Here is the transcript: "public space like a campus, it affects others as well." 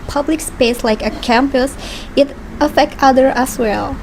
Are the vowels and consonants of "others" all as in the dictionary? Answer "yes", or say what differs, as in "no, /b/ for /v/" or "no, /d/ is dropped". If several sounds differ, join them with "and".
no, /z/ is dropped